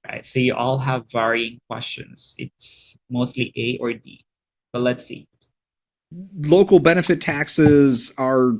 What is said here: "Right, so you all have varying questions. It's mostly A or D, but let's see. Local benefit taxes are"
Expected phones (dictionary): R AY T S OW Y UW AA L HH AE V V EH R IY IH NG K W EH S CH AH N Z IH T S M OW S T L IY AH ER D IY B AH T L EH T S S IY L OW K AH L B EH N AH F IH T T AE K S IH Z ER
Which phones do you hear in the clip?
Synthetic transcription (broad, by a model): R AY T S OW Y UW AA L HH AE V V EH R IY IH NG K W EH S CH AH N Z IH T S M OW S T L IY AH ER D IY B AH T L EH T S S IY L OW K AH L B EH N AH F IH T T AE K S IH Z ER